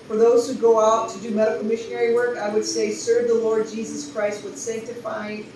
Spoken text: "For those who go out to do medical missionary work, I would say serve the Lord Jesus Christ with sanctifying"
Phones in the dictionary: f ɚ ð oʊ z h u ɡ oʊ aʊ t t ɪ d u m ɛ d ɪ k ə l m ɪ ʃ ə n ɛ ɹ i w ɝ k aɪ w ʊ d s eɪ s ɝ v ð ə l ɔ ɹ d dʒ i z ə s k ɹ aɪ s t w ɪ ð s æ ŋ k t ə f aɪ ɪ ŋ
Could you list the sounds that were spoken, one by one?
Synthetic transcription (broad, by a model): f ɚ ð oʊ z h u ɡ oʊ aʊ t t ɪ d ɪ m ɛ d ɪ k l m ɪ ʃ ə n ɛ ɹ i w ɝ k aɪ w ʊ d s eɪ s ɝ v ð ə l ɔ ɹ d dʒ i z ə s k ɹ aɪ s t w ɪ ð s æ ŋ k t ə f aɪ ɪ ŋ